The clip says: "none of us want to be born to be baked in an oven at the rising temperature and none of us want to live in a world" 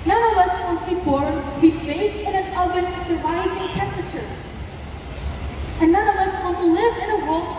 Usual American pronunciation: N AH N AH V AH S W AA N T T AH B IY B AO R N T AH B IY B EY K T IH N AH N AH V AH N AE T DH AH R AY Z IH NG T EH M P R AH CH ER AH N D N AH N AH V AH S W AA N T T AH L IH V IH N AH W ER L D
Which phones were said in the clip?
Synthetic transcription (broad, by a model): N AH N AH V AH S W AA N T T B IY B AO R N B IY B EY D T IH N AH N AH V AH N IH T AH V AY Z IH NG T EH M P R AH CH ER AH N N AH N AH V AH S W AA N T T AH L IH V IH N AH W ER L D